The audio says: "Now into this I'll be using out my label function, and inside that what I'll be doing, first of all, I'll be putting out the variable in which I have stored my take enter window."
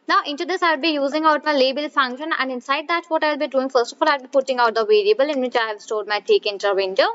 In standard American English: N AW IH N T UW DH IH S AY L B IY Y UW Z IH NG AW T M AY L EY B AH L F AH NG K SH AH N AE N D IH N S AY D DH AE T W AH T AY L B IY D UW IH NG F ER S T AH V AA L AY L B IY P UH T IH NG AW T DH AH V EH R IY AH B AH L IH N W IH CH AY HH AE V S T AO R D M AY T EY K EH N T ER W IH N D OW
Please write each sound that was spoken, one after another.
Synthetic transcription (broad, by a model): N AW IH N T UW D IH S AY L B IY Y UW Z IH NG AW T M AY L EY B AH L F AH NG K SH AH N AE N D IH N S AY D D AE T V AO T AY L B IY D UW IH NG F ER S T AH F AA L AY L B IY P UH T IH NG AW T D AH V EH R IY AH B AH L IH N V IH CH AY HH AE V S T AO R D M AY T EY K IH N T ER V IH N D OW